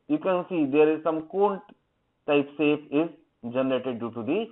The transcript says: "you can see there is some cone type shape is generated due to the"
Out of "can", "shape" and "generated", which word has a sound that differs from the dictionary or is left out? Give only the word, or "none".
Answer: shape